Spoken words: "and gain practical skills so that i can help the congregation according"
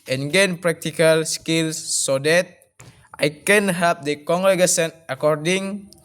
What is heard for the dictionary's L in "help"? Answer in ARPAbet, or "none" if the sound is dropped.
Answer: none